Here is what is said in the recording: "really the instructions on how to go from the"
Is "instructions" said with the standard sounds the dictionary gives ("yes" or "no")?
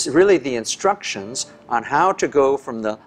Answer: yes